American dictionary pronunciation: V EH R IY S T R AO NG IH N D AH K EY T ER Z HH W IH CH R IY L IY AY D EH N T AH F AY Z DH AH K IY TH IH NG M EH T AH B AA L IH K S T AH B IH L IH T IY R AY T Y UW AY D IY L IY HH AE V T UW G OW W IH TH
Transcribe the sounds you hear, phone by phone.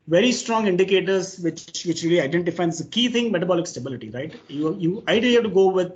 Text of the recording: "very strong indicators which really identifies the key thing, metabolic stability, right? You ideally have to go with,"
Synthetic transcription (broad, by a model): V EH R IY S T R AO NG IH N D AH K EY T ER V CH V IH CH R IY L IY AY D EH N T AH F AY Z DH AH K IY T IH NG M EH T AH B AA L IH K S T AH B IH L IH T IY R AY T Y UW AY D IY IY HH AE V T UW G OW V IH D